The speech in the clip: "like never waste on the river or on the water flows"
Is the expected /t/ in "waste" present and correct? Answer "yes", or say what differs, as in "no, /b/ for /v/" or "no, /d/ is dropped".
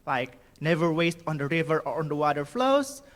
yes